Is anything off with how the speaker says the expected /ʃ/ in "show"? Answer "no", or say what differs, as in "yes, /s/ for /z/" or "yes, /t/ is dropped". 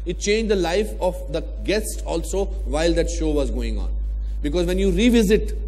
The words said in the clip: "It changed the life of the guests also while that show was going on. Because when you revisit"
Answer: no